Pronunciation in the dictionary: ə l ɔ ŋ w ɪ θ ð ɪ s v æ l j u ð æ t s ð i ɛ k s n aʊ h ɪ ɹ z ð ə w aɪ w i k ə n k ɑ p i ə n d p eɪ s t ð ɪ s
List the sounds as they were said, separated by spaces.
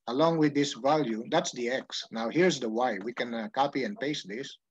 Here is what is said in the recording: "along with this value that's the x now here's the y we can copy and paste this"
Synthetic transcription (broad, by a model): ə l ɔ ŋ w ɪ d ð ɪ s v æ l j u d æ t s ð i ɛ k s n aʊ h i ɹ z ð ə w aɪ w i k ə n k ɑ p i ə n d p eɪ s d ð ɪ s